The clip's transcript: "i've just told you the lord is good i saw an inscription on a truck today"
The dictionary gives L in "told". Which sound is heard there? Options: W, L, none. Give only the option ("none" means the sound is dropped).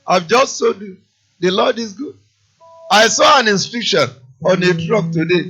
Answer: none